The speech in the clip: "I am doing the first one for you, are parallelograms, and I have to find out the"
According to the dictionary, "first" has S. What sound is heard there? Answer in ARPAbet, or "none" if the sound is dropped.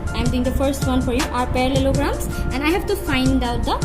S